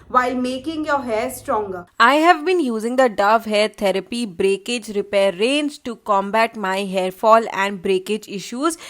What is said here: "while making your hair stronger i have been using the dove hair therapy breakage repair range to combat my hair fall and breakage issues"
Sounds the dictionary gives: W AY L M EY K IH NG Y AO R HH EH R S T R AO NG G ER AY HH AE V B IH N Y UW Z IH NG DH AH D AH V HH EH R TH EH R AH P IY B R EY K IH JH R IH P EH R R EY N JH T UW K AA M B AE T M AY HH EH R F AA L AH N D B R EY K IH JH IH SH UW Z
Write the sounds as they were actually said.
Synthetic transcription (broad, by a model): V AY L M EY K IH NG Y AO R HH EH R S T R AO NG G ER AY HH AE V B IH N Y UW Z IH NG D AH D AH V HH EH R T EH R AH P IY B R EY K IH JH R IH P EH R R EY N Z T UW K AA M B AE T M AY HH EH R F AA L AH N D B R EY K IH JH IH SH UW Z